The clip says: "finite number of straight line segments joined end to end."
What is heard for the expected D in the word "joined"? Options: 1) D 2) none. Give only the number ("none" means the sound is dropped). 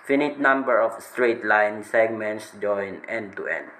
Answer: 2